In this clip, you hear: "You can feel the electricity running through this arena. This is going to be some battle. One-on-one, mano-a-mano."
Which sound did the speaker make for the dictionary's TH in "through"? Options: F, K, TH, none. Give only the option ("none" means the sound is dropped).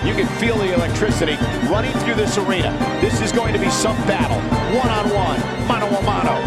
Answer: TH